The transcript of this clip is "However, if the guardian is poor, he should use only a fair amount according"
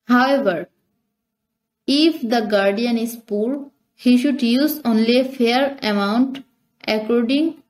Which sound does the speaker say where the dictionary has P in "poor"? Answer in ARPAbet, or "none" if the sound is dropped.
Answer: P